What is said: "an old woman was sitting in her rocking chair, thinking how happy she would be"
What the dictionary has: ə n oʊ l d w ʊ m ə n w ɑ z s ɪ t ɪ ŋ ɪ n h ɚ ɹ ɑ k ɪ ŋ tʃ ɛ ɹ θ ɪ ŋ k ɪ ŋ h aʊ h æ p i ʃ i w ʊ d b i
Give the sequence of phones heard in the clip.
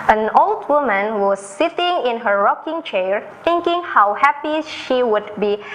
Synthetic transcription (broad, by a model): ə n oʊ l d w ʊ m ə n w ɑ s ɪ t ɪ ŋ ɪ n h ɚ ɹ ɑ k ɪ ŋ tʃ ɛ ɹ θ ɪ ŋ k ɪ ŋ h aʊ h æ p i ʃ i w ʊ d b i